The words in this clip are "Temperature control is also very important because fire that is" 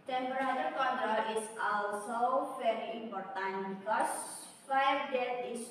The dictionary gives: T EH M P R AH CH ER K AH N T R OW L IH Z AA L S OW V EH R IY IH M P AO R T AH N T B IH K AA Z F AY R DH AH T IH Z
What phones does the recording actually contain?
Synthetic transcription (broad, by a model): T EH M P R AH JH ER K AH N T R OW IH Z AA L S OW V EH R IY IH M P AO R T AH N T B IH K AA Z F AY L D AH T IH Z